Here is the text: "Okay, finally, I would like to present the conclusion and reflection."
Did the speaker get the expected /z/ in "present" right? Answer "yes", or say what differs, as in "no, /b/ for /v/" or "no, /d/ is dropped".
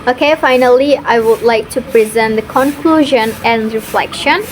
yes